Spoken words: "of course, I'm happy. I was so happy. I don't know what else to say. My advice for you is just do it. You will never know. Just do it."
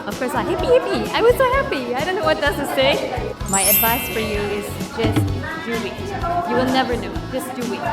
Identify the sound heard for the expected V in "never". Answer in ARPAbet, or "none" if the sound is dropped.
V